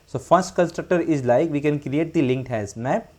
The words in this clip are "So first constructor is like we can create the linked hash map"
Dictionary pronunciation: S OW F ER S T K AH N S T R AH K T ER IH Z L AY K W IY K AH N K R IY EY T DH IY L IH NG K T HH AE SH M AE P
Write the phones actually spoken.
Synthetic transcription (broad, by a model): S OW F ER S T K AH N S T R AH K T ER IH Z L AY K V IY K AH N K R IY EY T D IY L IH NG K T HH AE S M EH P